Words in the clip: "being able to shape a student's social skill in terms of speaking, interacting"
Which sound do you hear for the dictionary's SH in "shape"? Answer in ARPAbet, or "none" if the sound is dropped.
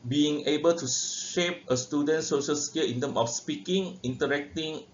SH